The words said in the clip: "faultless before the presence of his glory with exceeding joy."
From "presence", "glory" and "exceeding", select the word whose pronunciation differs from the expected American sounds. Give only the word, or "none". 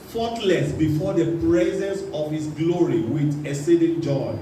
exceeding